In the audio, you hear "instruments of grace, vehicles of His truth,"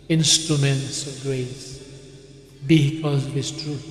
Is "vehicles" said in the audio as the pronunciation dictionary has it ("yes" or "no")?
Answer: no